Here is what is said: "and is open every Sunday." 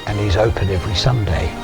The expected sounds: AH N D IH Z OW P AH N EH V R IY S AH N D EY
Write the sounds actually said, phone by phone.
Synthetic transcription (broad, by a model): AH N IH Z OW P AH N EH V R IY S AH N D EY